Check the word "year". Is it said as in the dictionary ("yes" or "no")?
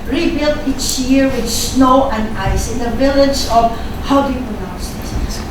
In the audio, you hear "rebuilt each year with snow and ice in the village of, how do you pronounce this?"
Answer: yes